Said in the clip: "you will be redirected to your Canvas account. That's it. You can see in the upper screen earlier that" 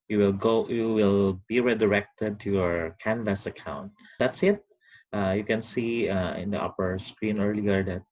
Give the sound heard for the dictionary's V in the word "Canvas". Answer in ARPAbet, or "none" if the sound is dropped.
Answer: V